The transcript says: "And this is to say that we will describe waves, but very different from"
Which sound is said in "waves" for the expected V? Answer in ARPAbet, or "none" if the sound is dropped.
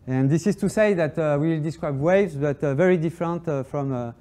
V